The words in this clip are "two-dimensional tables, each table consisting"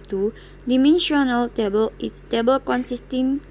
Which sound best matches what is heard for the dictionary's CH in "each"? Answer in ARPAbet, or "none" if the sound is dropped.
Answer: S